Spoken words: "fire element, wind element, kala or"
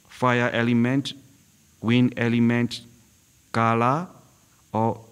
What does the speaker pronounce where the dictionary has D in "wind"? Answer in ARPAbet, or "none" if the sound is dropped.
none